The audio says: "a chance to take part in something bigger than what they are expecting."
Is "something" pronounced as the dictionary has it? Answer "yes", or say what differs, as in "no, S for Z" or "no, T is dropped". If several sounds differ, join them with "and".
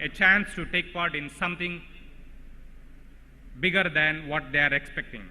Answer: no, T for TH